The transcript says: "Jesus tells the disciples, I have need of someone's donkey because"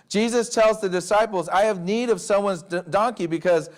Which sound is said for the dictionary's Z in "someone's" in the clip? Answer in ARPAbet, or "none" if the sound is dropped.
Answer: Z